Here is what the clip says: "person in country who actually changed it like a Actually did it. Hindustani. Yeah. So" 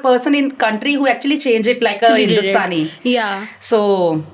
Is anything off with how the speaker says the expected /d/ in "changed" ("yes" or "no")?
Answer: yes